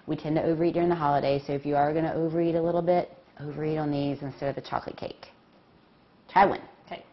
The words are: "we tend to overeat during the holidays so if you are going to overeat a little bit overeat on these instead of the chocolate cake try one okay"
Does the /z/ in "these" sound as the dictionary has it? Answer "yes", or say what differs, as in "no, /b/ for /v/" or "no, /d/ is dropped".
yes